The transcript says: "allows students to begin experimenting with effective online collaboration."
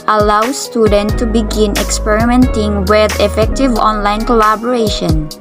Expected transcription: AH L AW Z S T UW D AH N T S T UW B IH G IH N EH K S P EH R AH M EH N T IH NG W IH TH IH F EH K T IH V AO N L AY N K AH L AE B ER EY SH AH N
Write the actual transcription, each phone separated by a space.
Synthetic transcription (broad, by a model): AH L AW S T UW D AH N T T UW B IH G IH N EH K S P EH R AH M EH N T IH NG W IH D IH F EH K T IH V AO N L AY N K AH L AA B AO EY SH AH N